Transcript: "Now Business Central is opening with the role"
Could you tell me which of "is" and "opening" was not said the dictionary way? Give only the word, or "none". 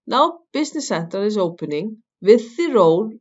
is